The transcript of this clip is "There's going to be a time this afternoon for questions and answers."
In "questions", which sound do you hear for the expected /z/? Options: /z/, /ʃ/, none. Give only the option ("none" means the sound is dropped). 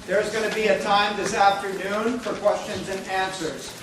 /z/